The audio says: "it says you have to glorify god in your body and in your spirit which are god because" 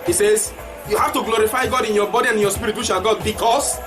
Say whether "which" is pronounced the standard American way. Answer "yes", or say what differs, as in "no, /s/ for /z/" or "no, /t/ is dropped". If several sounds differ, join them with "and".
no, /ʃ/ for /tʃ/